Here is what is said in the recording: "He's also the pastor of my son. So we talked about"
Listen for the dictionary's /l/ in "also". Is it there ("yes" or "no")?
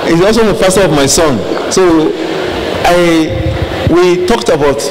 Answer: yes